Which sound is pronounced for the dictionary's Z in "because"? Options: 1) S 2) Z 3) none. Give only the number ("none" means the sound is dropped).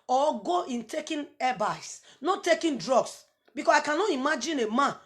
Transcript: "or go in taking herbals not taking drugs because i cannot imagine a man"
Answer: 1